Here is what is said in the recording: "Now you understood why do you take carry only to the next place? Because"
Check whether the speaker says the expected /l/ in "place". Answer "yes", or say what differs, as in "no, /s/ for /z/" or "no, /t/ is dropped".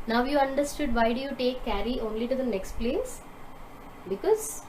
yes